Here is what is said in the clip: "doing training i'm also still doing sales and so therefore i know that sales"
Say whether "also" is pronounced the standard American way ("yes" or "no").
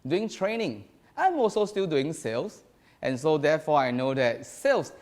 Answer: no